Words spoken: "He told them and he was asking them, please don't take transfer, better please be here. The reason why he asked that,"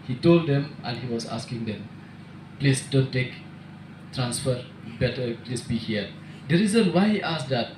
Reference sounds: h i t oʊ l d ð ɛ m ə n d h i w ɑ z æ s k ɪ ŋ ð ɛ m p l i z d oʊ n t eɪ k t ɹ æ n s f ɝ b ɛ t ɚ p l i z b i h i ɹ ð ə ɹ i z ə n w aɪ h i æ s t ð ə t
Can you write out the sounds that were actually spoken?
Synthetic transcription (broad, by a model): h i t oʊ l d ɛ m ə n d h i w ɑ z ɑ s k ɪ ŋ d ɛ m p l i s d oʊ n t eɪ k t ɹ æ n s f ɝ b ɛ t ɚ p l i s b i h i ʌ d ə ɹ i z ə n w aɪ h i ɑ s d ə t